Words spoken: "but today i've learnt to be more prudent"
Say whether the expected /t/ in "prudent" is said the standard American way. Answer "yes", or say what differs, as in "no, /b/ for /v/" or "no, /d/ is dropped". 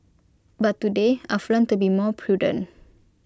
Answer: no, /t/ is dropped